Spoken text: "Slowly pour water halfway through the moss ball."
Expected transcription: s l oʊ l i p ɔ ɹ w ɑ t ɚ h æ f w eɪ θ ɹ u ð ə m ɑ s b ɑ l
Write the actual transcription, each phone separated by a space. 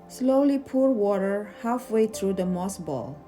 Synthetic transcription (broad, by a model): s l oʊ l i p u ɹ w ɑ t ɚ h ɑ f w eɪ t ɹ u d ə m ɑ s b ɑ l